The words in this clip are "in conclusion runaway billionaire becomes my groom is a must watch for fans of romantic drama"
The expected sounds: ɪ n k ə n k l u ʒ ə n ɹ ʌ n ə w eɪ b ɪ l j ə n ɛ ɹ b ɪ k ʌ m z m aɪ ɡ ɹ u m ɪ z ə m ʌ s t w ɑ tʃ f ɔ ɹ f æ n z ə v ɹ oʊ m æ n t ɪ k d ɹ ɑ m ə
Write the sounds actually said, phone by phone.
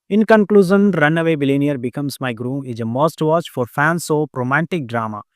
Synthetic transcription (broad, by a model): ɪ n k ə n k l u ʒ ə n ɹ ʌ n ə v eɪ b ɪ l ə n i ɹ b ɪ k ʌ m s m aɪ ɡ ɹ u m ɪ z ə m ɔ s t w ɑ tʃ f ɔ ɹ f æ n s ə ɹ oʊ m æ n t ɪ k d ɹ ɑ m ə